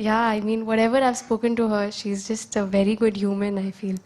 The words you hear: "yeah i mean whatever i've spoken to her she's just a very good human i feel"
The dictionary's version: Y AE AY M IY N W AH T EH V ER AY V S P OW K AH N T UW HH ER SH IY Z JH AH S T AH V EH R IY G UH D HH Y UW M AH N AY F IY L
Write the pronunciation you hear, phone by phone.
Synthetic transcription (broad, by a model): Y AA AY M IY N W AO T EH V ER AY V S P OW K AH N T UW HH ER SH IY Z JH AH S T AH V EH R IY G UH D HH Y UW M AH N AY F IY L